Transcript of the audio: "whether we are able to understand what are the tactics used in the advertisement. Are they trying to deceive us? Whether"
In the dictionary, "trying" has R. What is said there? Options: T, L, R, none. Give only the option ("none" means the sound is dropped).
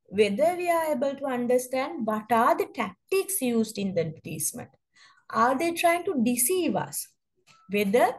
R